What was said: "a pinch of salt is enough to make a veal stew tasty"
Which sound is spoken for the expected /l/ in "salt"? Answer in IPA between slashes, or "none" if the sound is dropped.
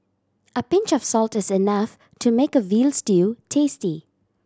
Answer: /l/